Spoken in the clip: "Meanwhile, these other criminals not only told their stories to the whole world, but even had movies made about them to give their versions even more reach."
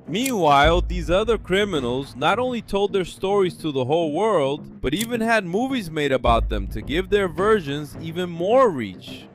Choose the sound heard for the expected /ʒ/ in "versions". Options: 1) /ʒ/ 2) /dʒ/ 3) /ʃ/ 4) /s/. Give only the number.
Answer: 1